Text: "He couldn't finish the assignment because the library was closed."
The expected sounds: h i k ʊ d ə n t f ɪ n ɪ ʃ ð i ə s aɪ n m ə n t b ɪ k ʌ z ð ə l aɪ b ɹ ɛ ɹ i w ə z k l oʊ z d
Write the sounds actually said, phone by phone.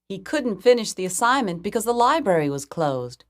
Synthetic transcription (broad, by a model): h i k ʊ d n t f ɪ n ɪ ʃ ð i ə s aɪ n m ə n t b ɪ k ʌ z ð ə l aɪ b ɹ ɛ ɹ i w ə z k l oʊ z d